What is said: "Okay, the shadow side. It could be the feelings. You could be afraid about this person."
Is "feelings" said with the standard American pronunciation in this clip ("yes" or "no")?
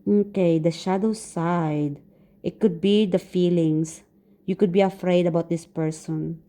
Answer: no